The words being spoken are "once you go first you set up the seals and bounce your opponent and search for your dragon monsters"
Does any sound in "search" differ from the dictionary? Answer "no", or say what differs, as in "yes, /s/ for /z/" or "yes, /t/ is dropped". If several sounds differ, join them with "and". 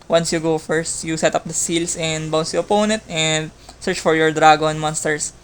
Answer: no